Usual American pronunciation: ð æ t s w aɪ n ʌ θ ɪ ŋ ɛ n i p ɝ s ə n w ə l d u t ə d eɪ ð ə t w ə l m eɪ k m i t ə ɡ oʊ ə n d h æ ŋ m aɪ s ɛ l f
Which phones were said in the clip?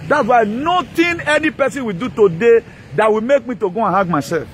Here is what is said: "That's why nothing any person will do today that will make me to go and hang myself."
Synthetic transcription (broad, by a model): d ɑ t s w aɪ n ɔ t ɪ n ɛ n i p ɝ s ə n w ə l d u t ə d eɪ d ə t w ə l m eɪ k m i t ə ɡ oʊ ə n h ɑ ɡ m aɪ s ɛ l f